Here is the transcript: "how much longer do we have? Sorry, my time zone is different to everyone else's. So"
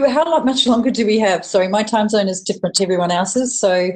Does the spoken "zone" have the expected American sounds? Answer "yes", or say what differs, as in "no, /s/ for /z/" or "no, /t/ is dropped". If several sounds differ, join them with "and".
yes